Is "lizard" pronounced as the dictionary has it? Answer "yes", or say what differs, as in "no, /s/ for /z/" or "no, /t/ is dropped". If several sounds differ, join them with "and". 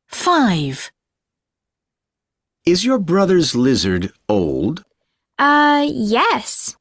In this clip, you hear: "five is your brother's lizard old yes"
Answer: yes